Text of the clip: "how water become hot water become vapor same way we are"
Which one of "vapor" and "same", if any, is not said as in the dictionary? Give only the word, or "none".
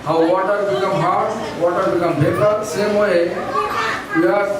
vapor